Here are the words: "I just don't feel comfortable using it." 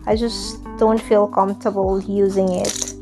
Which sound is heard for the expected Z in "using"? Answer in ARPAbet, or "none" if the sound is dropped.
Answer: Z